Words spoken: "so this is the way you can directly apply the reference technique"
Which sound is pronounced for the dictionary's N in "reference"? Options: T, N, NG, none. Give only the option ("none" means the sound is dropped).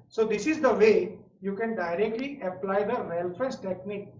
none